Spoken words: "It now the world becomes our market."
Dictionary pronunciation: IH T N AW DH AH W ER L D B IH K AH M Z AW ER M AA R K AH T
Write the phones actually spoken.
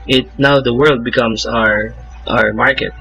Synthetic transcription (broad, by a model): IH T N AW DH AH W ER L D B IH K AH M S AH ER M AA R K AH T